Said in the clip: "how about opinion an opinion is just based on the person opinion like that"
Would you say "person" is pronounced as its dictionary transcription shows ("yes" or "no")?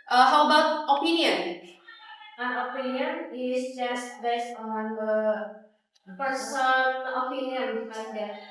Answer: no